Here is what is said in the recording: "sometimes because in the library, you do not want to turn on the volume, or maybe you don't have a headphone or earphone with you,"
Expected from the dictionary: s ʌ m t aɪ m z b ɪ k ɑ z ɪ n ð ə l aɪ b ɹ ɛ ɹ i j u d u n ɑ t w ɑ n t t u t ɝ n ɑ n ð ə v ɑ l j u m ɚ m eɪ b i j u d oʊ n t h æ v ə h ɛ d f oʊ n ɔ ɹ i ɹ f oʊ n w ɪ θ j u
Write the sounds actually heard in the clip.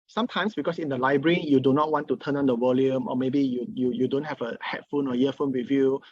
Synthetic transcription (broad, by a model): s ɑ m t aɪ m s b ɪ k ɑ s ɪ n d ə l aɪ b ɹ ɛ ɹ i j u d u n ɑ t w ɑ n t t u t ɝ n ɑ n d ə w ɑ l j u m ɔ m eɪ b i j u d oʊ n t h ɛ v ə h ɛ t f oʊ n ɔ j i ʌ f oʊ n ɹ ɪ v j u